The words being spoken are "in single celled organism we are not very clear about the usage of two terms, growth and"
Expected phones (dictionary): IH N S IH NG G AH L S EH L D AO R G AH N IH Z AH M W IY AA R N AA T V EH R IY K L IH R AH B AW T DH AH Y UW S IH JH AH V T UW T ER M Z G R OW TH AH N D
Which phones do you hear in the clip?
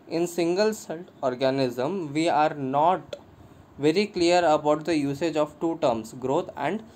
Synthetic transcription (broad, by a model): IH N S IH NG G AH L S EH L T AO R G AH N IH Z AH M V IY AA R N AA T V EH R IY K L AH R AH B AW T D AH Y UW S IH JH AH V T UW T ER M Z G R OW T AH N D